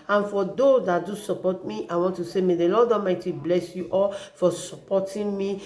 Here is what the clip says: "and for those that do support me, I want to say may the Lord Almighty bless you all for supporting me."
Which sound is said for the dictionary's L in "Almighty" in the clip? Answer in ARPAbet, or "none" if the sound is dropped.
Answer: none